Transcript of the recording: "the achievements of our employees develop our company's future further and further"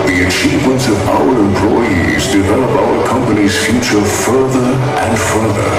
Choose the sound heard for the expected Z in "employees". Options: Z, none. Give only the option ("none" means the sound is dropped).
Z